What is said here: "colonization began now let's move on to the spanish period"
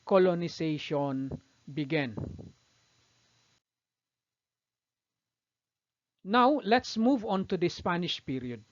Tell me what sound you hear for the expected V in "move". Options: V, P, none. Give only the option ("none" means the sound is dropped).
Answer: V